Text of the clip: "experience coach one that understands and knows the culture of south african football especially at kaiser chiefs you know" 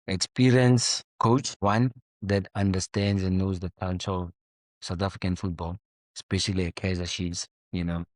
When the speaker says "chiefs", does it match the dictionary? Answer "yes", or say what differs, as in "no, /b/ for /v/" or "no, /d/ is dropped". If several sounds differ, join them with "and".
no, /ʃ/ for /tʃ/ and /f/ is dropped